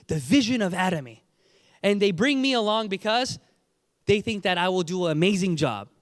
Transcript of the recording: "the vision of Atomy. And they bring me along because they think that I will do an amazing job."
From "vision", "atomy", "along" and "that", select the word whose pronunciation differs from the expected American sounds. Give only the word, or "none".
none